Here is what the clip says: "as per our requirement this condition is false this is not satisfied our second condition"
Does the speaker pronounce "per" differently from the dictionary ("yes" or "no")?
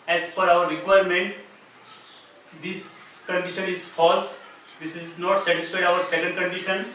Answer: yes